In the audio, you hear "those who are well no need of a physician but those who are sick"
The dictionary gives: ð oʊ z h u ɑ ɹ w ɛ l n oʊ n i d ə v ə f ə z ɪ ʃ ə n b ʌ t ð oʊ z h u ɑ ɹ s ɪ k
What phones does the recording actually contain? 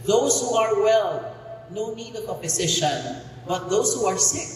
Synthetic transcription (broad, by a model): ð oʊ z h u ɑ ɹ w ɛ l n oʊ n i d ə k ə p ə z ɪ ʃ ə n b ʌ t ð oʊ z h u ɑ ɹ s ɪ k